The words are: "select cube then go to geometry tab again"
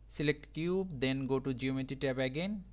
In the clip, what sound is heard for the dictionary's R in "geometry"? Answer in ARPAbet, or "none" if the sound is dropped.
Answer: none